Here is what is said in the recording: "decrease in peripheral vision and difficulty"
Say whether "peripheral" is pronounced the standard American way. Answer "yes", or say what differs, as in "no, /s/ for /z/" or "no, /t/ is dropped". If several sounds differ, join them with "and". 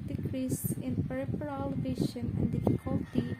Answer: no, /p/ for /f/